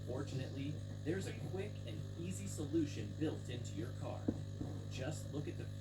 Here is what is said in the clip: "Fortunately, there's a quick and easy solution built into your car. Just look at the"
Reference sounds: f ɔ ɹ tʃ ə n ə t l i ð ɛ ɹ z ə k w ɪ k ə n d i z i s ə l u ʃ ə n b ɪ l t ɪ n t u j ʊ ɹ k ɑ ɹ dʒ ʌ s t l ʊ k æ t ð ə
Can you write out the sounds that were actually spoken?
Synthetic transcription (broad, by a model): f ɔ ɹ tʃ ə n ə t l i ð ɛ ɹ z ə k w ɪ k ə n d i z i s ə l u ʃ ə n b ɪ l t ɪ n t u j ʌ ɹ k ɑ ɹ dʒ ʌ s t l ʊ k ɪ t ð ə